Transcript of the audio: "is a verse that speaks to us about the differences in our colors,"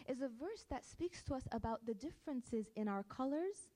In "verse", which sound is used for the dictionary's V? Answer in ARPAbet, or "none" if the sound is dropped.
V